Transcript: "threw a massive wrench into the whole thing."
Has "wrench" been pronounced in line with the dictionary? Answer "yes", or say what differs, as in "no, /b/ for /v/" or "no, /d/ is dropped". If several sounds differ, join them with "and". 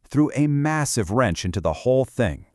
yes